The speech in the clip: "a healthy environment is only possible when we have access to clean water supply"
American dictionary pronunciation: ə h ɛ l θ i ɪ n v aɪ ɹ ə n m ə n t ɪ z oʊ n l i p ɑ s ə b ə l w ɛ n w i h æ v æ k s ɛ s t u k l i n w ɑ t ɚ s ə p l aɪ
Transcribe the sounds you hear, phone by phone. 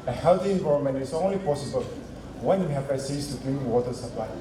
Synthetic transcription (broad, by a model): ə h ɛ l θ i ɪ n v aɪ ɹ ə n m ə n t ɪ s oʊ n l i p ɑ s ə b ə l w ɛ n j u h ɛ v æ s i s t u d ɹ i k w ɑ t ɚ s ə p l aɪ